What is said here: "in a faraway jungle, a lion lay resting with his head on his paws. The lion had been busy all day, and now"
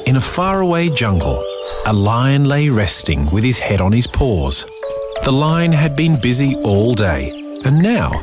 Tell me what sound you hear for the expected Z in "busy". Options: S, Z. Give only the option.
Z